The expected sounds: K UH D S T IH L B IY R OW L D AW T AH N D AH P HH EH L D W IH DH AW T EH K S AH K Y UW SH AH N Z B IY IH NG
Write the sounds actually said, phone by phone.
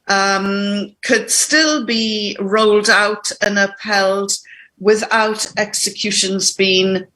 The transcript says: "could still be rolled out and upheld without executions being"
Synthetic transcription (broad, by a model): K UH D S T IH L B IY R OW L D AW T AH N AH P EH L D W IH DH AW T EH K S AH K Y UW SH AH N Z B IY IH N